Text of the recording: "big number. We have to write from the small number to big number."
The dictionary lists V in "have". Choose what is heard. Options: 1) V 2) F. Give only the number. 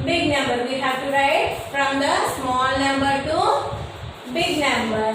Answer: 2